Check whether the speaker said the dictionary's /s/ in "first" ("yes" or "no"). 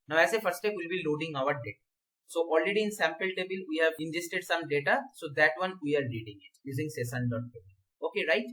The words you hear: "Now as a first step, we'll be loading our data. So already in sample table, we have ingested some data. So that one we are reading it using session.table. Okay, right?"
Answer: no